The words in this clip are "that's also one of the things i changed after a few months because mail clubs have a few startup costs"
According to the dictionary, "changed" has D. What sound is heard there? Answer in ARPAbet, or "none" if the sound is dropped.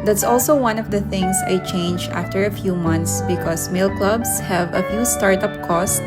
none